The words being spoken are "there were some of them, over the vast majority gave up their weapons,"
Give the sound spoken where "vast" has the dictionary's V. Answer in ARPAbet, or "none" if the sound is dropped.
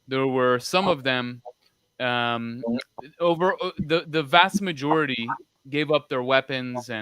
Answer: V